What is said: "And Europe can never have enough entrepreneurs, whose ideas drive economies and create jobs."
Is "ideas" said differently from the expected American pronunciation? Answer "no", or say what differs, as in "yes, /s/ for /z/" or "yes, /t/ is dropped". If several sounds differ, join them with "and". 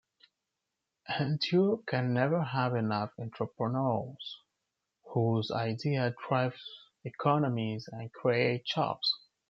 yes, /z/ is dropped